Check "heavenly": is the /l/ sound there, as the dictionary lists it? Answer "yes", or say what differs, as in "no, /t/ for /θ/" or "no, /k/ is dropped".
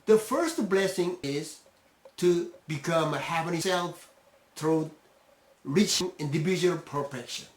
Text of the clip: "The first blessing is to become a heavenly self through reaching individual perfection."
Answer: no, /l/ is dropped